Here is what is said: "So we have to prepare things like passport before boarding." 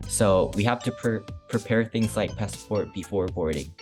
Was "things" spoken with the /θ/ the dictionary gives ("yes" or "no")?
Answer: yes